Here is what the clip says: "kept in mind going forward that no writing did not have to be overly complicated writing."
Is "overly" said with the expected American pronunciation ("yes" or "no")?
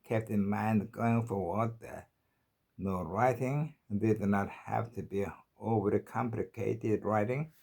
no